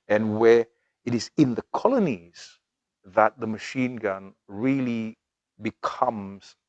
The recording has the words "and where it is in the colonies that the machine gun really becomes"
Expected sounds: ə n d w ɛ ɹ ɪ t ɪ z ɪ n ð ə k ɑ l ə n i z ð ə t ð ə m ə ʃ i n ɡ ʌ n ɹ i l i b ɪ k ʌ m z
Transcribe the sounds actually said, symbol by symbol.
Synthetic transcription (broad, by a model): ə n w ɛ ɪ t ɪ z ɪ n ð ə k ɑ l ə n i z ð ə t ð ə m ə ʃ i n ɡ ʌ n ɹ i l i b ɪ k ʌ m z